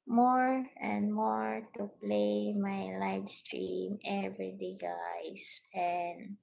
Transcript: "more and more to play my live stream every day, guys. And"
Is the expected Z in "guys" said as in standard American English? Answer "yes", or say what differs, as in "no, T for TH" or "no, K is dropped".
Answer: no, S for Z